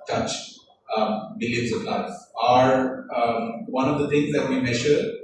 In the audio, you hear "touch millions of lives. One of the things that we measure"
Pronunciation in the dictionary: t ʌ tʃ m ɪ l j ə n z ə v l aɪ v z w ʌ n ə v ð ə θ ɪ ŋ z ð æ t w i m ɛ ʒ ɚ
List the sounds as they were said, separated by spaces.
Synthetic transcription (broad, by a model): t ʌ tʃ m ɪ l j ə n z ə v l aɪ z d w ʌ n ə v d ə t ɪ ŋ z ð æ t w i m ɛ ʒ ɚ